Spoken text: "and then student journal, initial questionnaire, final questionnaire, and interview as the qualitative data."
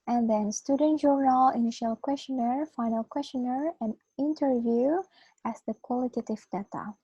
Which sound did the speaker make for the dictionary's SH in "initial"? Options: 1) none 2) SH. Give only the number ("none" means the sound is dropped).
2